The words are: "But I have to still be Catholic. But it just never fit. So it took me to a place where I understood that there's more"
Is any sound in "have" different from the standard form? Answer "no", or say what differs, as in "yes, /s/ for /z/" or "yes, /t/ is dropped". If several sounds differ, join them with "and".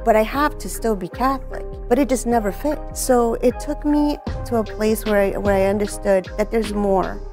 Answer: yes, /f/ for /v/